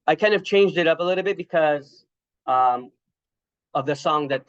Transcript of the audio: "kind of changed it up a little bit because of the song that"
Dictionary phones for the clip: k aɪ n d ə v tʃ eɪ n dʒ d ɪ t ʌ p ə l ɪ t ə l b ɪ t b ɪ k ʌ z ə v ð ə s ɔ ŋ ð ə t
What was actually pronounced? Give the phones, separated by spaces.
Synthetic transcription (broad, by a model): k aɪ n d ə v tʃ eɪ n dʒ d ɪ t ʌ p ə l ɪ t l b ɪ t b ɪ k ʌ z ə v ð ə s ɔ ŋ ð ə t